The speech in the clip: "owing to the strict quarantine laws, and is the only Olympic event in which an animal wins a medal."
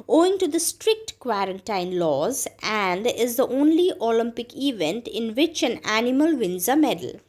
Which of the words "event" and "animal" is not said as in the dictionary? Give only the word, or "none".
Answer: none